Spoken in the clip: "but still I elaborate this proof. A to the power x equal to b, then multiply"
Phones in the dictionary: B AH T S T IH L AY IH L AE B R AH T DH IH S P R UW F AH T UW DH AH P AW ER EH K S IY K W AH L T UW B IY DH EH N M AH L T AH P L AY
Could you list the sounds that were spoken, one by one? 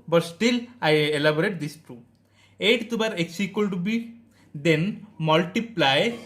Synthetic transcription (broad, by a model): B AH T S T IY L AY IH L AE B R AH T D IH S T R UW AH T UW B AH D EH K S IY K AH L T UW B IY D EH N M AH L T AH P L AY